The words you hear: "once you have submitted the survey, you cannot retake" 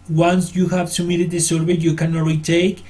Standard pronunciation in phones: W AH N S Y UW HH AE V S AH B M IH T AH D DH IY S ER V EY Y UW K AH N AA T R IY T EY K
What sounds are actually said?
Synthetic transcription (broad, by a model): W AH N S Y UW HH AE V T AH M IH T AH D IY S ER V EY Y UW K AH N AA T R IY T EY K